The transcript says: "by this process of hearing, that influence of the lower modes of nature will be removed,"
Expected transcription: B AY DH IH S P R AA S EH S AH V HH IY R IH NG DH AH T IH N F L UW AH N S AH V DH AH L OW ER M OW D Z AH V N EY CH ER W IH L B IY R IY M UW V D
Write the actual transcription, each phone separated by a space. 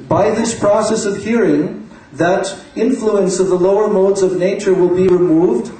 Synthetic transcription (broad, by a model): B AY DH IH S P R AA S EH S AH V HH IY R IH NG DH AH T IH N F L UW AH N S AH V DH AH L OW ER M OW D Z AH V N EY CH ER W IH L B IY R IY M UW V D